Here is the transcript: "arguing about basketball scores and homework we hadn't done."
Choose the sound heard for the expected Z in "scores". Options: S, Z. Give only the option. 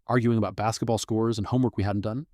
Z